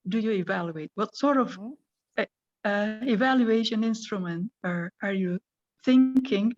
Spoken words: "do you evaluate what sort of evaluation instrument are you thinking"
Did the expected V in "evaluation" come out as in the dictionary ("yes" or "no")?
yes